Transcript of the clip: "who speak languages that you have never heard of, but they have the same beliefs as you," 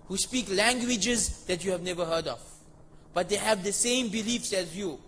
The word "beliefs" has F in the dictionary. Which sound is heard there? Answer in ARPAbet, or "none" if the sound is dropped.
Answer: F